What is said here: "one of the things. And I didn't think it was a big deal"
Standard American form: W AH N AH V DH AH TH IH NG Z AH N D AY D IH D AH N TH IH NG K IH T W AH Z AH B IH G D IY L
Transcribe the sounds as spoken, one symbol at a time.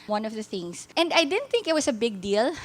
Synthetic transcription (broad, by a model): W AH N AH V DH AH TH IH NG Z AH N D AY D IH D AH N TH IH NG K IH T W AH S AH B IH G D IY L